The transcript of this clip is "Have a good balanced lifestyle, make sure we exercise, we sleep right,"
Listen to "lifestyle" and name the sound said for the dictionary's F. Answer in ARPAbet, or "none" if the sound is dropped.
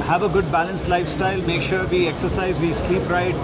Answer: F